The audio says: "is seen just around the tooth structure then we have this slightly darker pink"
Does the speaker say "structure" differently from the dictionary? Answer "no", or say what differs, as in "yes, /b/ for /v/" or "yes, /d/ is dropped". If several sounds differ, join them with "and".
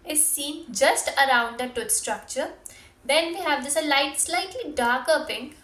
no